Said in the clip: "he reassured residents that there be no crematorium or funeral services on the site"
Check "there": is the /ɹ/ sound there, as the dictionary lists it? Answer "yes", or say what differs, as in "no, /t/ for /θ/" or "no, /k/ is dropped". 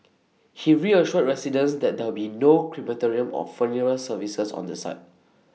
no, /w/ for /ɹ/